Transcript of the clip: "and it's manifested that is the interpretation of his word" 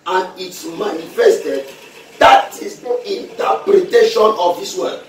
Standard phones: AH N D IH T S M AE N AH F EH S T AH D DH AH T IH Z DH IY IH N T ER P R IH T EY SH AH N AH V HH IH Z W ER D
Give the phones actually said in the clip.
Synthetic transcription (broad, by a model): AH N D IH T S M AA N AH F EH S T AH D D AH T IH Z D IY N T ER P R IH T EY SH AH N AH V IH S W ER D